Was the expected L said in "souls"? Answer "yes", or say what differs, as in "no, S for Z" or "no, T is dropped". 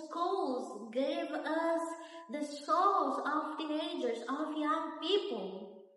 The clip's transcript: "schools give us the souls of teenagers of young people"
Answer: no, L is dropped